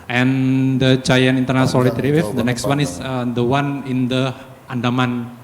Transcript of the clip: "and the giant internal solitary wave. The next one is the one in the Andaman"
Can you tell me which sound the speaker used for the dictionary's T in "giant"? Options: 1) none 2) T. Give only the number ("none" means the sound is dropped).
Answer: 1